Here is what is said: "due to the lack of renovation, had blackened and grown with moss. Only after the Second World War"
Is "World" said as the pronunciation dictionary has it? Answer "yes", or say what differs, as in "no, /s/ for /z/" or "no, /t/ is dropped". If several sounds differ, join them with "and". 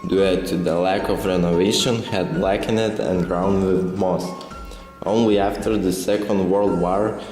yes